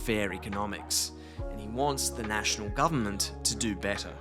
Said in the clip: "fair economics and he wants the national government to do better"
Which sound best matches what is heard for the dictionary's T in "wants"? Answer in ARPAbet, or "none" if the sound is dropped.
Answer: T